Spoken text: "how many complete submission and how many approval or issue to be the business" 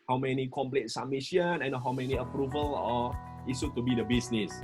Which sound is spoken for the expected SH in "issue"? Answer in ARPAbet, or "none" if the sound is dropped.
S